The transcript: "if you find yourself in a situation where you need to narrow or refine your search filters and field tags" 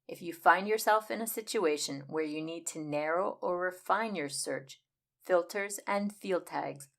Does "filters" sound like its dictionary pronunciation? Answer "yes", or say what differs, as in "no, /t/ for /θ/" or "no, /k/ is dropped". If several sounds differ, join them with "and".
yes